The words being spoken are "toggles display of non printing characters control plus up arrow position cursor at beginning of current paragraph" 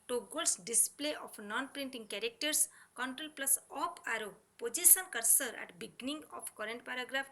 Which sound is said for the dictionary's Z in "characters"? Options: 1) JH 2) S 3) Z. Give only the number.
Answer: 2